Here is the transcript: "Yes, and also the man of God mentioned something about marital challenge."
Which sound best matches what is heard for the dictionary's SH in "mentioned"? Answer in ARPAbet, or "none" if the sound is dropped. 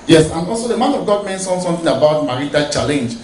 S